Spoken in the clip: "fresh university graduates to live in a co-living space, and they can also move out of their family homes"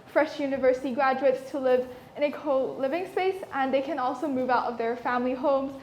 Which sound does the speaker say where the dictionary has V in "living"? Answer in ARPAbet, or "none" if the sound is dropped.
V